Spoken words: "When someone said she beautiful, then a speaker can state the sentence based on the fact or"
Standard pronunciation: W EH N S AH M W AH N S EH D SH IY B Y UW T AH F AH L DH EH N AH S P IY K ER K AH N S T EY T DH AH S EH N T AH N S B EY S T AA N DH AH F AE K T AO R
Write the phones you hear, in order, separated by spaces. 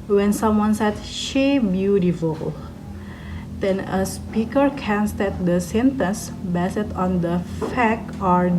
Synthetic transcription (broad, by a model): W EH N S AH M W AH N S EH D SH IY B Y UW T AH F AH L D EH N AH S P IY K ER K AH N S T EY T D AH S EH N T AH N S B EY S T AA N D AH F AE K AO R